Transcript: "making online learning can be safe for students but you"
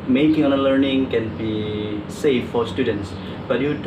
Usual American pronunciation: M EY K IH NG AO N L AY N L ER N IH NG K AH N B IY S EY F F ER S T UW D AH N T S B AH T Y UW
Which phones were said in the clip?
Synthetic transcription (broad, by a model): M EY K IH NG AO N AH L ER N IH NG K AH N B IY S EY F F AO S T UW D AH N T S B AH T Y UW